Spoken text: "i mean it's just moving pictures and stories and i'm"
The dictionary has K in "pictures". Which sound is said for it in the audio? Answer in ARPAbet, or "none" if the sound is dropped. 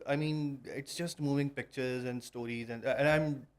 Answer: K